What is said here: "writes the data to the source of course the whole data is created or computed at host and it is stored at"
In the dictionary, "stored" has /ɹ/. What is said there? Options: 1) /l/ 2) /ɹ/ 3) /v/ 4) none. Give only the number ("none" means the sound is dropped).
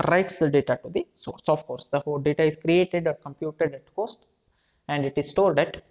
1